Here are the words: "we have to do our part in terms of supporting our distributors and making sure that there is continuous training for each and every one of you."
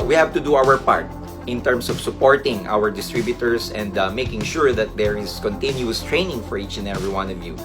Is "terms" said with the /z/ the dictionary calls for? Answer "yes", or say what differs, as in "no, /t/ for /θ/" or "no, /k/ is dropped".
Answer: no, /s/ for /z/